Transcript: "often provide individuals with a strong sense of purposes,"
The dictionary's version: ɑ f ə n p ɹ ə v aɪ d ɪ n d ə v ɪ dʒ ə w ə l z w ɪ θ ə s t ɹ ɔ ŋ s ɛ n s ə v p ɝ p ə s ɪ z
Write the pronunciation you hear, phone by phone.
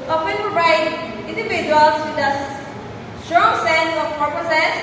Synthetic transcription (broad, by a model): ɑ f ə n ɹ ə ɪ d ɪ n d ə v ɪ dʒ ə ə l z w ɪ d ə s t ɹ ɔ ŋ s ɛ n s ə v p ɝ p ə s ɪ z